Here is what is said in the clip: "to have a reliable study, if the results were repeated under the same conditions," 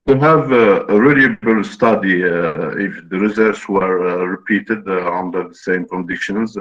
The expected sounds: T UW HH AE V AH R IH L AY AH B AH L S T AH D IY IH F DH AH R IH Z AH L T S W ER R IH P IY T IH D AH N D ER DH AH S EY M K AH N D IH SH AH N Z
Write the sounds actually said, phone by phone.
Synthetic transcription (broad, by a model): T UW HH AE V AH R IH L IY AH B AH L S T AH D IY IH F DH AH R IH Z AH T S W ER R IH P IY T IH D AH N D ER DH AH S EY M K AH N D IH SH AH N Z